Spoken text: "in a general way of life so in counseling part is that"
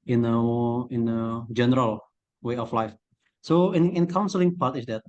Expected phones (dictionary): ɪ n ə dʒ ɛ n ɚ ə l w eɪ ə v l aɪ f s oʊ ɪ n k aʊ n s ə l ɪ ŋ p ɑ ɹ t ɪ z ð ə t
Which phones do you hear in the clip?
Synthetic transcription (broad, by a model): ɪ n ə dʒ ɛ n ɚ ə l w eɪ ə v l aɪ f s oʊ ɪ n k aʊ n s ə l ɪ ŋ p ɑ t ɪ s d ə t